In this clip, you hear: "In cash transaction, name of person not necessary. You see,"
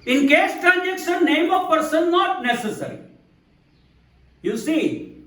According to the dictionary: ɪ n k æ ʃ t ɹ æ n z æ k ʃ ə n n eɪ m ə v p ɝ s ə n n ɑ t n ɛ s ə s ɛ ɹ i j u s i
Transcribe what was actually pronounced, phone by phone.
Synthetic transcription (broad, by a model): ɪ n k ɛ s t ɹ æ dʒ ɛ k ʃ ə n n eɪ m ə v p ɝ s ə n n ɑ t n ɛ s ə s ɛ ɹ i j u s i